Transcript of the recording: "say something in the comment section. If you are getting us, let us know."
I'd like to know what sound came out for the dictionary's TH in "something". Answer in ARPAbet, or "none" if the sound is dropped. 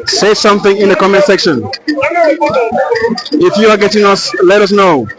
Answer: TH